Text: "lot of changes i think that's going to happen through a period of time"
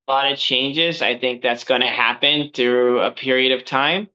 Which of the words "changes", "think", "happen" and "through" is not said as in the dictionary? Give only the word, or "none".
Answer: none